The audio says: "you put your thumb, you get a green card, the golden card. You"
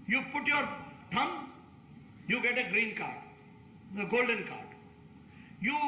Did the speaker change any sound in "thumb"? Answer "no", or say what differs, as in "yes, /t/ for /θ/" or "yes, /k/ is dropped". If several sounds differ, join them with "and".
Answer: yes, /t/ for /θ/